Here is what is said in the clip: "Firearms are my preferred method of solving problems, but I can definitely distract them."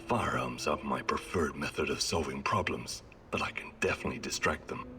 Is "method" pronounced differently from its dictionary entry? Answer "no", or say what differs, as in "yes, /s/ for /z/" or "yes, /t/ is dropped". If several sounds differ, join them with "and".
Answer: no